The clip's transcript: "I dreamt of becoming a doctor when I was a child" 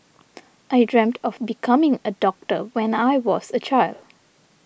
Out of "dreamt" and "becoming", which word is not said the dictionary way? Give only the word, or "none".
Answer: none